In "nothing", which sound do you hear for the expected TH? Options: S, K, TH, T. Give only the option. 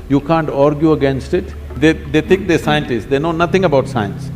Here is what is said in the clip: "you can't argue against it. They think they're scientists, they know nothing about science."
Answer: T